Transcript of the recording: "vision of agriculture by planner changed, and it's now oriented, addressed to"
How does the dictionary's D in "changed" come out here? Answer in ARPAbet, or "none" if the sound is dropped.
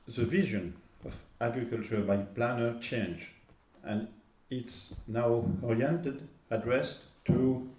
none